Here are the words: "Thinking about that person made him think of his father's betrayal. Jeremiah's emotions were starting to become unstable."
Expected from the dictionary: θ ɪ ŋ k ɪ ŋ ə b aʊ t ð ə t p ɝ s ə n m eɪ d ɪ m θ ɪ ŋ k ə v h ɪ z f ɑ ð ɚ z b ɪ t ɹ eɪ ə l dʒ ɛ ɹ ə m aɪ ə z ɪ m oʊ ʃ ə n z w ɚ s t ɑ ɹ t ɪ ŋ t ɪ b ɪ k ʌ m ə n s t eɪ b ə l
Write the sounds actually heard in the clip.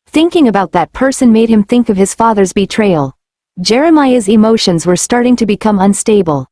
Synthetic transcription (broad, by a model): θ ɪ ŋ k ɪ ŋ ə b aʊ t ð ə t p ɝ s ə n m eɪ d ɪ m θ ɪ ŋ k ə v ɪ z f ɑ ð ɚ z b ɪ t ɹ eɪ ə l dʒ ɛ ɹ ə m aɪ ə z ɪ m oʊ ʃ ə n z w ɚ s t ɑ ɹ t ɪ ŋ t ɪ b ɪ k ʌ m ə n s t eɪ b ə l